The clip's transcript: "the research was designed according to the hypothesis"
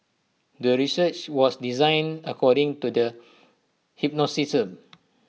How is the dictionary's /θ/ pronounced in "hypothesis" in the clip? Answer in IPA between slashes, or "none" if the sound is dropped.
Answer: /s/